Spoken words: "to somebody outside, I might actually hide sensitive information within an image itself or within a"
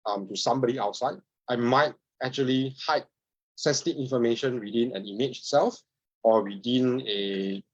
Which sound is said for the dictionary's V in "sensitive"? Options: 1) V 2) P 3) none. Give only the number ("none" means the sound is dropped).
3